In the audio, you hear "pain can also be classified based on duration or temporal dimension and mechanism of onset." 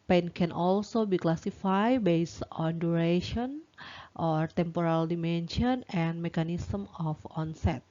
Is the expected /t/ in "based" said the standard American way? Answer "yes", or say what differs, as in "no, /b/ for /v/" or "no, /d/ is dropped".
no, /t/ is dropped